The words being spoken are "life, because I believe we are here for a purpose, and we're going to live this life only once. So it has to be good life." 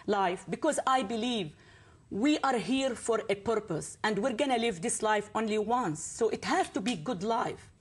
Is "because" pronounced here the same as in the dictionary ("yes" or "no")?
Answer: yes